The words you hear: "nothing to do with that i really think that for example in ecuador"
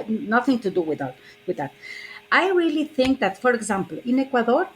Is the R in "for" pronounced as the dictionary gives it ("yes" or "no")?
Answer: yes